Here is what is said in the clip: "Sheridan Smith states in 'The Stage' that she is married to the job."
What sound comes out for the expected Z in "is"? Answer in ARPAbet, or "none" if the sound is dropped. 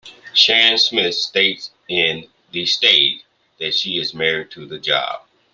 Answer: Z